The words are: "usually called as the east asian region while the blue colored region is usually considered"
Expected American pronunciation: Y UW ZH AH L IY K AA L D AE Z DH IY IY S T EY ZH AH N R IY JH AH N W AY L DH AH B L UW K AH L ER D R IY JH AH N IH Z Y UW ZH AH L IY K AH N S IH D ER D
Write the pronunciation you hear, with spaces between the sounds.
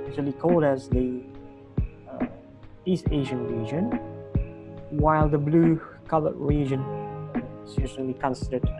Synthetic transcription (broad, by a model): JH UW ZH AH L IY K AA L D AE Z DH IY IY S T EY ZH AH N R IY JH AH N W AY L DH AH B L UW K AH L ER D R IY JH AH N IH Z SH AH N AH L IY K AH N S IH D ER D